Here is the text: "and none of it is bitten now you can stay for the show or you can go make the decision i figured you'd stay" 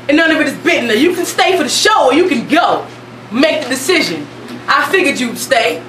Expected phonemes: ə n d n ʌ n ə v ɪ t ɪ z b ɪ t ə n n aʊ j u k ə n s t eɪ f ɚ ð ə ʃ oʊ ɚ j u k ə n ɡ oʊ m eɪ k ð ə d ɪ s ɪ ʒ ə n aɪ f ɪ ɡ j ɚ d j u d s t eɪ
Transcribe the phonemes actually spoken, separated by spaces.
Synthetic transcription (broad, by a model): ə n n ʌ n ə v ɪ t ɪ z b ɪ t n n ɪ j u k n s t eɪ f ɚ ð ə ʃ oʊ ɚ j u k ə n ɡ oʊ m eɪ k ð ə d ɪ s ɪ ʒ ə n aɪ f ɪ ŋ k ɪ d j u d s t eɪ